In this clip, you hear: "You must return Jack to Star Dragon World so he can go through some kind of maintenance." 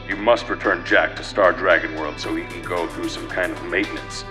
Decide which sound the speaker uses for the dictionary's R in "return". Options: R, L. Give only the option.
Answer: R